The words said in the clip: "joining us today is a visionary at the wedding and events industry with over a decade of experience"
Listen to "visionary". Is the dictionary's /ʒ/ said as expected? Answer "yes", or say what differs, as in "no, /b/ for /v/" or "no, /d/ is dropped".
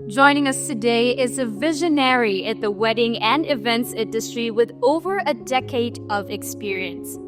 yes